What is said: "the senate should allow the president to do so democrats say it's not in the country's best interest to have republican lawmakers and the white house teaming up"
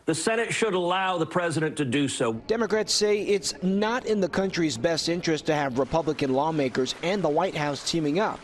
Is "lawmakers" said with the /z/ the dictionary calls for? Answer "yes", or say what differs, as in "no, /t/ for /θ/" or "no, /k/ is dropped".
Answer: yes